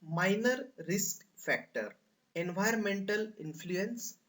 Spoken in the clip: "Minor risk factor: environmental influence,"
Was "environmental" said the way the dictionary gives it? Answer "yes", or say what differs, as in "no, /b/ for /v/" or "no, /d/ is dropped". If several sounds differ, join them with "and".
no, /ɹ/ is dropped